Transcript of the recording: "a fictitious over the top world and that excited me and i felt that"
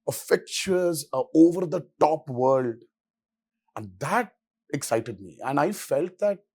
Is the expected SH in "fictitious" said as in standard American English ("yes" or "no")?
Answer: no